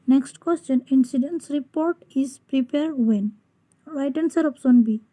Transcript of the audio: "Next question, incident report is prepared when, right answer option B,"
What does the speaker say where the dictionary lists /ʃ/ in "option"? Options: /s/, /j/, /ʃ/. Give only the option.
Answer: /s/